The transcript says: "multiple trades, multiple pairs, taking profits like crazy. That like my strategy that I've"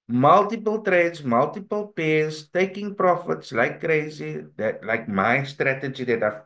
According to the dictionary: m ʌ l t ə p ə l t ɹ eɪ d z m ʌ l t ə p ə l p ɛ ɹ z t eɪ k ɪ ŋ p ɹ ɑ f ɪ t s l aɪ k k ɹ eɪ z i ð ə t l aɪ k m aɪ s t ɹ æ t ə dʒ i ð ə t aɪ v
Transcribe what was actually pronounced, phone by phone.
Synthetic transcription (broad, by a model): m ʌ l t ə p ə l t ɹ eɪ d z m ʌ l t ə p ə l p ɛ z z t eɪ k ɪ ŋ p ɹ ɑ f ɪ t s l aɪ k k ɹ eɪ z i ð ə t l aɪ k m aɪ s t ɹ æ t ə dʒ i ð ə t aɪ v